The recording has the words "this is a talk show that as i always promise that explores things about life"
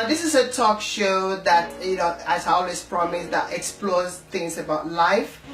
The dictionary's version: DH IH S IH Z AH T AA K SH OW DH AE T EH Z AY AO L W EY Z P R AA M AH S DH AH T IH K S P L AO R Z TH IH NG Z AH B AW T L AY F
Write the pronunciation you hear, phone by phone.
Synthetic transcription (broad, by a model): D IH S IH S AH T AA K SH OW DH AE T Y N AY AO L W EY S P R AA M AH S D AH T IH K S P L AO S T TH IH NG S AH B AW T L AY F